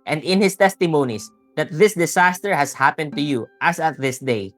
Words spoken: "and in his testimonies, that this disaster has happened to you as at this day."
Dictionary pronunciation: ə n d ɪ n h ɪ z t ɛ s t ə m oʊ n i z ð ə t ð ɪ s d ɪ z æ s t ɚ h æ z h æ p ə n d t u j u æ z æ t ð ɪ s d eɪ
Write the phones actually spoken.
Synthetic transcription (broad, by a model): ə n d ɪ n h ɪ s t ɛ s t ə m oʊ n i s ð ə t ð ɪ s d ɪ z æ s t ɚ h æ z h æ p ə n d t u j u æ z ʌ t ð ɪ s d eɪ